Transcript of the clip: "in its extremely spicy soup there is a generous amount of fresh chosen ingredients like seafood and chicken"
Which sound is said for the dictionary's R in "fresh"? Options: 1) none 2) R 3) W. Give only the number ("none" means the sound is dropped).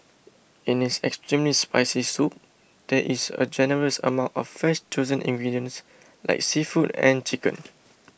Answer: 1